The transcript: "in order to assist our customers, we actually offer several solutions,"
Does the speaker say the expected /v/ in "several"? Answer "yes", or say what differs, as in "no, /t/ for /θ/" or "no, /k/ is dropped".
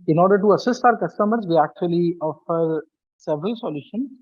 yes